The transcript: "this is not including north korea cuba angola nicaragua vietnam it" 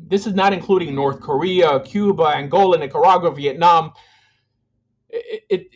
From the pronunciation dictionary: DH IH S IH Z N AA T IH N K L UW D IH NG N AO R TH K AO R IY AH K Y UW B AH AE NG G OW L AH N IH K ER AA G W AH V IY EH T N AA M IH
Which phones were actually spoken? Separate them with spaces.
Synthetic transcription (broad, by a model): DH IH S IH Z N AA T IH N K L UW D IH NG N AO R TH K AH R IY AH K Y UW B AH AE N G OW L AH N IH K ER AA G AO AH V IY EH T N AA M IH